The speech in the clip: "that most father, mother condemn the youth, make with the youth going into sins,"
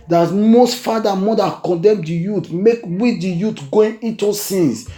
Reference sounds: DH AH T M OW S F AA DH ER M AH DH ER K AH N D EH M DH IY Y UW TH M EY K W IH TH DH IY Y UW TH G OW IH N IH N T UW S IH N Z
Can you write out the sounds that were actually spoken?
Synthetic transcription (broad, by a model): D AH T M OW S F AA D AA M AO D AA K AH N D EH M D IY Y UW T M EY K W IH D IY Y UW T G OW IH N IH T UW S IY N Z